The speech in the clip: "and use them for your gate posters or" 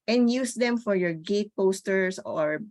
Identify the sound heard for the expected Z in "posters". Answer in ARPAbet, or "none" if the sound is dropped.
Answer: S